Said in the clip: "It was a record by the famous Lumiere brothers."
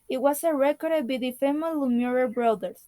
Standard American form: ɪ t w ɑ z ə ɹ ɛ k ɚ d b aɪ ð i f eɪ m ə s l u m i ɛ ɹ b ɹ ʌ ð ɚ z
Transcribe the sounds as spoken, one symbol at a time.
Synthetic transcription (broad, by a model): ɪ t w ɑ s ə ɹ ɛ k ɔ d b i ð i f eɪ m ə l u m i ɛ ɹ b ɹ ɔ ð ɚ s